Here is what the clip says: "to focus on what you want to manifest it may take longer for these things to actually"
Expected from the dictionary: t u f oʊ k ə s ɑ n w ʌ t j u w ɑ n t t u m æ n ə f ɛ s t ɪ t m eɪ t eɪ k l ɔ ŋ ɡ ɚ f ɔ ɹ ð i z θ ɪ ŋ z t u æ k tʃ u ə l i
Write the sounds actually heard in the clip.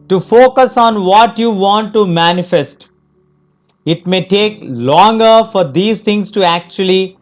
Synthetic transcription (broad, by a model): t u f oʊ k ə s ɑ n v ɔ t j u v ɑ n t t u m æ n ə f ɛ s t ɪ t m eɪ t eɪ k l ɔ ŋ ɡ ɚ f ɔ ɹ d i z t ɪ ŋ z t u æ k tʃ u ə l i